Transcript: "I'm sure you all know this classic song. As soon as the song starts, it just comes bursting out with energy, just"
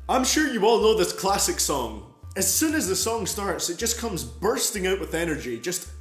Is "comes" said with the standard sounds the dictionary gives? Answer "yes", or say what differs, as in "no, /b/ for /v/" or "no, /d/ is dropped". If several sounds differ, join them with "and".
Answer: yes